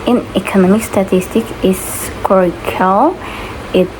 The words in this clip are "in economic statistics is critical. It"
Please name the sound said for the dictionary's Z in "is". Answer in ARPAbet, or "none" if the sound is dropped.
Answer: S